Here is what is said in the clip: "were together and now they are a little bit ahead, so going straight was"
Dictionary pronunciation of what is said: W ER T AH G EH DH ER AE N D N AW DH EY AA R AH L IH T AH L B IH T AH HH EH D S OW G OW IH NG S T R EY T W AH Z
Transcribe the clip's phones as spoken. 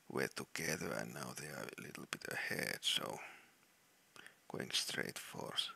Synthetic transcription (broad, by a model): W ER T AH G EH DH ER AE N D N AW DH EY AA R AH L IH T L B IH T AH HH EH D S OW G OW IH NG S T R EY T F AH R